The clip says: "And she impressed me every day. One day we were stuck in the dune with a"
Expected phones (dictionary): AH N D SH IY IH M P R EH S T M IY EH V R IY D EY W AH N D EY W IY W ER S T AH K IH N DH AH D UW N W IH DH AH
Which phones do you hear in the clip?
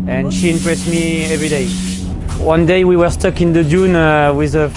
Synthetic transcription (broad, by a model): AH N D SH IY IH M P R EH S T M IY EH V R IY D EY W AH N D EY W IY W ER S T AH K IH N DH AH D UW N W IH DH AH